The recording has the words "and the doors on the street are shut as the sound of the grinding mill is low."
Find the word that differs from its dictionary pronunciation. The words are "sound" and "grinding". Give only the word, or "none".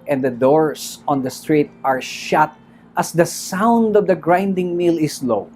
none